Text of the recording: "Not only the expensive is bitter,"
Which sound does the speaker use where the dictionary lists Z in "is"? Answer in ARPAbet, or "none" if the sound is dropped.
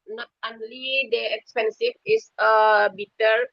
S